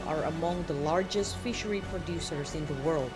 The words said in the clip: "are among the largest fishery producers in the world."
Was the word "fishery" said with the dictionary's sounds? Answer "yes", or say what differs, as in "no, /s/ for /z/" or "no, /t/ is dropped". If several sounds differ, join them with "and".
yes